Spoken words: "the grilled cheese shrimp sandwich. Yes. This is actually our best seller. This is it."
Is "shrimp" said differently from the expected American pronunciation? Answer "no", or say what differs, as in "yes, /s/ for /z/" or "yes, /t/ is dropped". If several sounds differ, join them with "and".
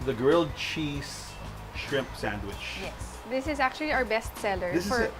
no